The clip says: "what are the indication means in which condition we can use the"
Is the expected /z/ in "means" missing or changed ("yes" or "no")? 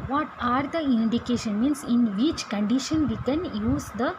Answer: yes